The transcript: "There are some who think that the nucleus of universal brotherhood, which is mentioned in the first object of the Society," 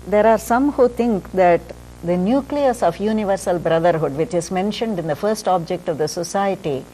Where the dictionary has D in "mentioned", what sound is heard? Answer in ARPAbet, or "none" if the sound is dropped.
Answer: D